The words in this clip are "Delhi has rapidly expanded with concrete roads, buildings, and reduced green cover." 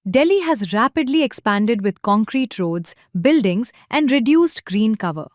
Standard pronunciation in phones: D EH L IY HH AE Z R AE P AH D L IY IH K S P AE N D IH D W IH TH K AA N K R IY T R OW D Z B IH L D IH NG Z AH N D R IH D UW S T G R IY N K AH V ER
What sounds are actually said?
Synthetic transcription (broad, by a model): D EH L IY HH AE Z R AE P AH D L IY IH K S P AE N D IH D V IH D K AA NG K R IY T R OW D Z B IH L D IH NG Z AH N D R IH D UW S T G R IY N K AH V ER